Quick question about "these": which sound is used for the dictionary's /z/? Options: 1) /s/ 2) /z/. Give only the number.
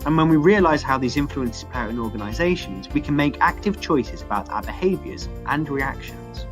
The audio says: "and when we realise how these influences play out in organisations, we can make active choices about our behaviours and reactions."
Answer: 2